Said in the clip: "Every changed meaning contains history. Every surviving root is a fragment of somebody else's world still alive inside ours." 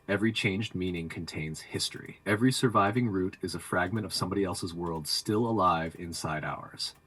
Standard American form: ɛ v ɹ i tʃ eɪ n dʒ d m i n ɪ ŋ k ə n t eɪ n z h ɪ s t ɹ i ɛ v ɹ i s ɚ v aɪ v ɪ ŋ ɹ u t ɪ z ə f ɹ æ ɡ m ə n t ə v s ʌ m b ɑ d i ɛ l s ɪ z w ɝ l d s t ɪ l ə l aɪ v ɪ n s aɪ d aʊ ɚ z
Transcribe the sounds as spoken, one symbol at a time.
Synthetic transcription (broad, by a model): ɛ v ɹ i tʃ eɪ n dʒ d m i n ɪ ŋ k ə n t eɪ n z h ɪ s t ɹ i ɛ v ɹ i s ɚ v aɪ v ɪ ŋ ɹ u t ɪ z ə f ɹ æ ɡ m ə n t ə v s ʌ m b ɑ d i ɛ l s ɪ z w ɝ l d s t ɪ l ə l aɪ v ɪ n s aɪ d aʊ ɚ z